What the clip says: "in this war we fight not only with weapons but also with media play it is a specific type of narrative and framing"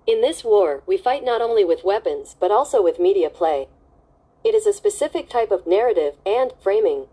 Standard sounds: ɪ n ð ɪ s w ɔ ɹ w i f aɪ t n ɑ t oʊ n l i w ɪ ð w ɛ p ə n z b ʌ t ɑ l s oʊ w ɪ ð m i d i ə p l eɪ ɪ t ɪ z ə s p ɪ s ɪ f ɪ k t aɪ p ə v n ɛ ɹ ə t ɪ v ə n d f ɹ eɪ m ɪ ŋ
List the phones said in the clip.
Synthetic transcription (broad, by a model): ɪ n ð ɪ s w ɔ ɹ w i f aɪ t n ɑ t oʊ n l i w ɪ ð w ɛ p ə n z b ʌ t ɑ l s oʊ w ɪ ð m i d i ə p l eɪ ɪ t ɪ z ə s p ɪ s ɪ f ɪ k t aɪ p ə v n ɛ ɹ ə t ɪ v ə n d f ɹ eɪ m ɪ ŋ